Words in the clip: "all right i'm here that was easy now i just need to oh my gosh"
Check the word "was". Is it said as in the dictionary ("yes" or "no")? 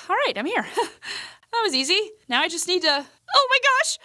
yes